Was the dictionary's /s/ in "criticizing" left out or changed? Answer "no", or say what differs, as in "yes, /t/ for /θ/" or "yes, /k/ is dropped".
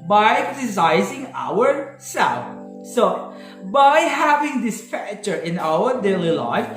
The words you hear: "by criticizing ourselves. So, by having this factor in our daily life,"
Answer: yes, /s/ is dropped